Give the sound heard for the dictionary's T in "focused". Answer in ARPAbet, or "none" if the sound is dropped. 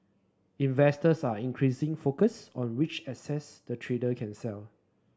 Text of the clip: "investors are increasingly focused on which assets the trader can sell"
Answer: none